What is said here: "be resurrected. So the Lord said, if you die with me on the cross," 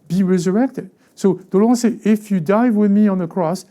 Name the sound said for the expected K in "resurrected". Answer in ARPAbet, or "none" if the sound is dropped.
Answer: K